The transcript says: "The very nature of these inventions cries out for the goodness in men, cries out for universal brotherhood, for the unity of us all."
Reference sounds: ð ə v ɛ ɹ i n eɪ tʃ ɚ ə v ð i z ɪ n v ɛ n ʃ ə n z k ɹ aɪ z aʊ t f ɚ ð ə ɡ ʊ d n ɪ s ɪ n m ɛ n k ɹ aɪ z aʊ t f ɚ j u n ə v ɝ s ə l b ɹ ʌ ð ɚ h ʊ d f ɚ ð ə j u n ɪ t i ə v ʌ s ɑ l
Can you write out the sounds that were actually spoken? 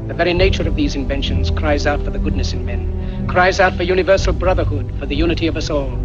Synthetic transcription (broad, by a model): ð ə v ɛ ɹ i n eɪ tʃ ɚ ə v ð i z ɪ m v ɛ n ʃ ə n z k ɹ aɪ z aʊ t f ɚ ð ə ɡ ʊ d n ɪ s ɪ n m ɛ n k ɹ aɪ z aʊ t f ɚ j u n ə v ɝ s l b ɹ ʌ ð ɚ h ʊ d f ɚ ð ə j u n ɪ t i ə v ʌ s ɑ l